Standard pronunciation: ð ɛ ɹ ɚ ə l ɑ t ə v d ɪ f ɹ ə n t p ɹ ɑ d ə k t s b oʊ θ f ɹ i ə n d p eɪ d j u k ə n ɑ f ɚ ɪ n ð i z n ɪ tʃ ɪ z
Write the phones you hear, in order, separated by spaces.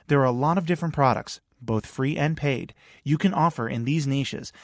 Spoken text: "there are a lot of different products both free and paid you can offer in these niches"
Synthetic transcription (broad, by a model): ð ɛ ɹ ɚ ə l ɑ t ə v d ɪ f ɹ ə n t p ɹ ɑ d ə k t s b oʊ θ f ɹ i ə n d p eɪ d j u k ə n ɑ f ɚ ɪ n ð i z n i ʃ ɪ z